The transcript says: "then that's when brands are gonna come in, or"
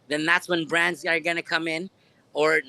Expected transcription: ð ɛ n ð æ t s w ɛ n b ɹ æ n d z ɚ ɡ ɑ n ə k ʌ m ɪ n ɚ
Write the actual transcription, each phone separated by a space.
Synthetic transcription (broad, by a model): ð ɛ n ð æ t s w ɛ n b ɹ æ n d z ɚ ɡ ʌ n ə k ʌ m ɪ n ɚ